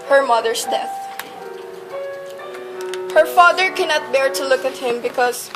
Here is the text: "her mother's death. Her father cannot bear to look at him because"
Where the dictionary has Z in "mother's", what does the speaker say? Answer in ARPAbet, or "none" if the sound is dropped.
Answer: S